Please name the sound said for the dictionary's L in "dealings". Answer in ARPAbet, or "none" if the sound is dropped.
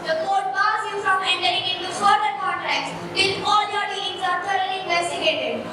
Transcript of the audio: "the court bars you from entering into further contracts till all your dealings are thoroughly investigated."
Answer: none